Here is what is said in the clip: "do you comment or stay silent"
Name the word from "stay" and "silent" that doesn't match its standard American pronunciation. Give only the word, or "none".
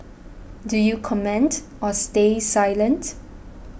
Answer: none